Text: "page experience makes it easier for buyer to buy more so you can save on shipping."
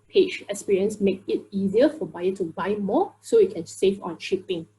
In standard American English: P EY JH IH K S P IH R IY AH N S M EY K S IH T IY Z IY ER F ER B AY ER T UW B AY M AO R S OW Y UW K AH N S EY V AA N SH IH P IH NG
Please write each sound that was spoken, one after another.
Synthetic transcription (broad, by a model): P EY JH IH K S P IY R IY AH N S M EY K IH T IY Z IY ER F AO B AY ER T UW B AY M AO S OW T K AH N S EY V AA N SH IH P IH NG